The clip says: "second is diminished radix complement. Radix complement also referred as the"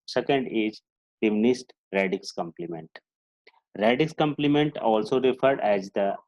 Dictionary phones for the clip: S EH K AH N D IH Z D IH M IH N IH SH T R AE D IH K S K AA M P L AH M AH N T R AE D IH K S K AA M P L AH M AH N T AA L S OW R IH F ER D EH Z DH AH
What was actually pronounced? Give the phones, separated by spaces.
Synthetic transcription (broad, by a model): S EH K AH N D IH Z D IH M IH N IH S T R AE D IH K S K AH M P L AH M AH N T R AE D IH K S K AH M P L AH M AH N T AA L S OW R IH F ER D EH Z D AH